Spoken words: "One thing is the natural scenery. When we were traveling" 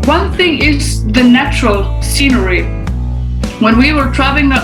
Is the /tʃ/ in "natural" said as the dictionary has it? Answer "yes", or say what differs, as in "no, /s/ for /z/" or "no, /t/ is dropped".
yes